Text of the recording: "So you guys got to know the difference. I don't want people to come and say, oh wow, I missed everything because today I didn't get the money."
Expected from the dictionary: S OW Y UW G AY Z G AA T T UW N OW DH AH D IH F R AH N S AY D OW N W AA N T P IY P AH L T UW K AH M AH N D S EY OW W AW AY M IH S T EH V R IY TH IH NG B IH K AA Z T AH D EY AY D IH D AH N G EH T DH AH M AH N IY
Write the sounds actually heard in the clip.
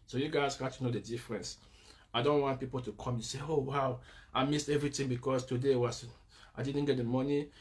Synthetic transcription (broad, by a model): S OW Y UW G AY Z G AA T T UW N OW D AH D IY F R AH N S AY D OW N W AA N T P IY P AH L T UW K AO M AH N S EY OW W AW AY M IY S T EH V R IY T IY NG B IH K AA S T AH D EY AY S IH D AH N G EH T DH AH M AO N IY